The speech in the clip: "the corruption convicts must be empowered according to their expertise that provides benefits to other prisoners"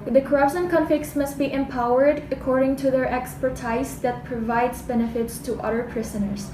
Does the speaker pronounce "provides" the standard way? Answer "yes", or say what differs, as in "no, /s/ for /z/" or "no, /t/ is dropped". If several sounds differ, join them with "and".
yes